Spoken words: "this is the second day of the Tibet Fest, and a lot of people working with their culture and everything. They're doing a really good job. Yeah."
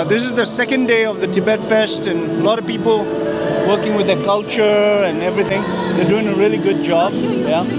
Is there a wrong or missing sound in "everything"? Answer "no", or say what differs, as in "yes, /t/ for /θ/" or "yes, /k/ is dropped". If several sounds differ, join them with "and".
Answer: no